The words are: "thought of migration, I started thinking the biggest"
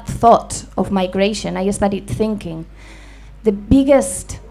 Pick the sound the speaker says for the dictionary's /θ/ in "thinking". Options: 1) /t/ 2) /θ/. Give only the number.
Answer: 2